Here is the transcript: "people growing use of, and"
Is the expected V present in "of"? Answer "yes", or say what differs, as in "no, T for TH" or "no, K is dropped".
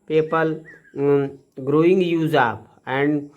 no, P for V